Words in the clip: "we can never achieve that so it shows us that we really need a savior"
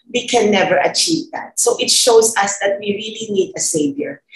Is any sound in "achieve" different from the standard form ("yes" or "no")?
no